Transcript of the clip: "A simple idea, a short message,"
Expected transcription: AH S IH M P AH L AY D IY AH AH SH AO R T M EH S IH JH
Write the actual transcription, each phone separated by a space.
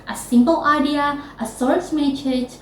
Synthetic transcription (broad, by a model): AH S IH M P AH L AY D IY AH AH S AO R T M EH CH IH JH